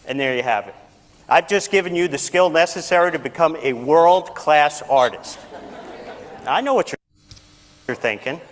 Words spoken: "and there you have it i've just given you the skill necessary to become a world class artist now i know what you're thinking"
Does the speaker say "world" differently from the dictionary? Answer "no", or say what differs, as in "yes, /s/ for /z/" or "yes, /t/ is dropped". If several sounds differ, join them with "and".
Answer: no